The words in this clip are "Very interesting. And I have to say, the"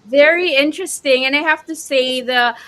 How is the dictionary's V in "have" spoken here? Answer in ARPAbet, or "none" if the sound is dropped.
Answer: F